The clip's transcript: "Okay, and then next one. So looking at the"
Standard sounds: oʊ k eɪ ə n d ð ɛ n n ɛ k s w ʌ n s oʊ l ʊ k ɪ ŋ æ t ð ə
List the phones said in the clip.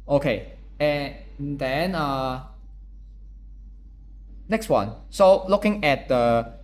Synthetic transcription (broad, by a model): oʊ k eɪ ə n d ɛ n n ɛ k s w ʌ n s oʊ l ʊ k ɪ ŋ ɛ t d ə